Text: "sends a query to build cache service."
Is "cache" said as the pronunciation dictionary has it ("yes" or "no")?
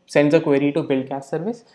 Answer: no